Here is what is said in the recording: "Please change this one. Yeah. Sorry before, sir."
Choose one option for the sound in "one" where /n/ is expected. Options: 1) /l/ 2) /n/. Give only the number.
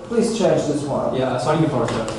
1